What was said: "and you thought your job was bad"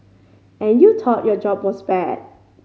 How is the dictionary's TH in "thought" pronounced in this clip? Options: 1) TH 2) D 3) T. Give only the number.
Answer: 3